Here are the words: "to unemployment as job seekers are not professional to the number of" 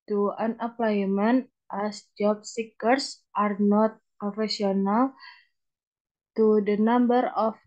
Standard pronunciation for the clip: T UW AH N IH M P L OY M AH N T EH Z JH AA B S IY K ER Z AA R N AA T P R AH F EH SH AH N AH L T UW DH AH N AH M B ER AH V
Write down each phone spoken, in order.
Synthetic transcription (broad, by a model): T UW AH N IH P L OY M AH N T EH S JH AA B S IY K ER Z AA R N AA T P R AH F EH S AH N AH L T UW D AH N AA M B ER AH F